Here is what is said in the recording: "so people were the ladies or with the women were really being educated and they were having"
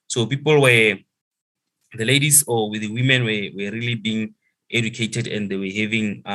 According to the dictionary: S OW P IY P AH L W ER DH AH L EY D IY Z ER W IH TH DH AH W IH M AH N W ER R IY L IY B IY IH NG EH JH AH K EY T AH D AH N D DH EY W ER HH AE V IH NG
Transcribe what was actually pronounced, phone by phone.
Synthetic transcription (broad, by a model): S OW P IY P AH L W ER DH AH L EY D IY S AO W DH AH W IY M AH N W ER R IY L IY B IY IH NG EH JH AH K EY T AH D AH N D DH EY W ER HH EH V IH NG